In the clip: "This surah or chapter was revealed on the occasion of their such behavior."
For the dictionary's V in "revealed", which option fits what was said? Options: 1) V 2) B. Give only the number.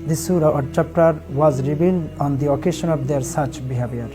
2